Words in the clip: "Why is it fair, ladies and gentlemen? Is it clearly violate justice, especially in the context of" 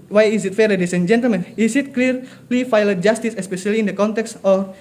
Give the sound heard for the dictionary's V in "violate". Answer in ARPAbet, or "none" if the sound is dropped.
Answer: F